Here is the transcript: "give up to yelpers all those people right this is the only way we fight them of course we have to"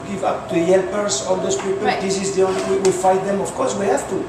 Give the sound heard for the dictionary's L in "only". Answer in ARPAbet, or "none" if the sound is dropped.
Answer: W